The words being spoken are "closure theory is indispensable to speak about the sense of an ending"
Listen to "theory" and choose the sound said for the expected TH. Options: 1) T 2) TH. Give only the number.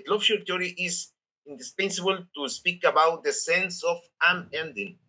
1